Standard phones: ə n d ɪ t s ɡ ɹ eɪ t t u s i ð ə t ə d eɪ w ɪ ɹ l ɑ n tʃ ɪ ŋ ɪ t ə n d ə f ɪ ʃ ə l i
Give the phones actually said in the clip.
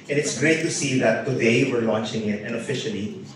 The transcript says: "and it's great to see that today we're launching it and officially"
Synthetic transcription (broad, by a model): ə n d ɪ t s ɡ ɹ eɪ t t u s i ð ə t ə d eɪ w ɪ ɹ l ɑ n tʃ ɪ ŋ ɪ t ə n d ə f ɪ ʃ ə l i